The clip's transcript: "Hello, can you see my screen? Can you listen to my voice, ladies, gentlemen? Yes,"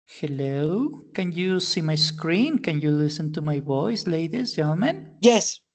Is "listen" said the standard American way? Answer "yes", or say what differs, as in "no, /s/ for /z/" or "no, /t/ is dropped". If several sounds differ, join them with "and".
yes